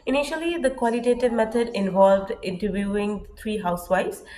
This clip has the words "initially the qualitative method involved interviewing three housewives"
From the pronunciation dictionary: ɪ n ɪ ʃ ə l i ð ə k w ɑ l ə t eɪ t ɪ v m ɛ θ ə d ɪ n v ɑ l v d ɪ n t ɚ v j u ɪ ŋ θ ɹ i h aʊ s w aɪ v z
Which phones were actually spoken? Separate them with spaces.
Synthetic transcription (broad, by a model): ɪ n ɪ ʃ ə l i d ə k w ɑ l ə t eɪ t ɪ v m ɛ t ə d ɪ n v ɑ l v d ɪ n t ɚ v j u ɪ ŋ t ɹ i h aʊ s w aɪ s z